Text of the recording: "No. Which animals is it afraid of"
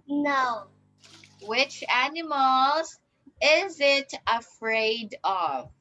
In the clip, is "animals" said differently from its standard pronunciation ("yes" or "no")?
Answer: no